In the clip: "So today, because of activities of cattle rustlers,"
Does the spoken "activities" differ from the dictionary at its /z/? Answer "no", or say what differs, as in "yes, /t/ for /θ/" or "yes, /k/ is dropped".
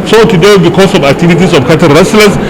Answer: yes, /s/ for /z/